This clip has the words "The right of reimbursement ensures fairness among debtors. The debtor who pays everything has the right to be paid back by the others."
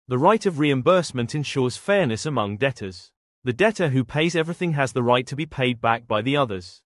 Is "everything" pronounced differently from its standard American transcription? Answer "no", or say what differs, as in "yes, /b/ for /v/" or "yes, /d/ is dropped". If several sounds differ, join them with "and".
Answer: no